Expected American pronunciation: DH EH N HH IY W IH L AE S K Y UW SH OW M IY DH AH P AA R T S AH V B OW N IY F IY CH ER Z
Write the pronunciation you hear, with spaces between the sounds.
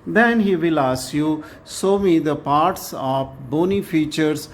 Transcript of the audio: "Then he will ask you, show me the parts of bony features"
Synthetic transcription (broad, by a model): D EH N HH IY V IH L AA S Y UW S OW M IY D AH P AA R T S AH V B OW N IY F IY CH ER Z